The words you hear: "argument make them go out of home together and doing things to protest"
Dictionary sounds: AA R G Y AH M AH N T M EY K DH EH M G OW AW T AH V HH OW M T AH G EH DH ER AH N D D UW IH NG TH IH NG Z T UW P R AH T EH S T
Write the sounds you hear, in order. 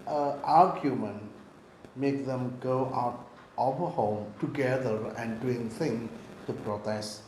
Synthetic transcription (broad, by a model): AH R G Y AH M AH N M EY K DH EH M G OW AW T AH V HH OW M T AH G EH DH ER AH N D D UW IH NG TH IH NG T UW P R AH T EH S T